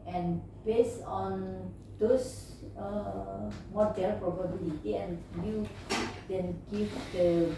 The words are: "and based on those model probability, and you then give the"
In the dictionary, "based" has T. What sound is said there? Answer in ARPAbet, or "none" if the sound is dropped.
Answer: none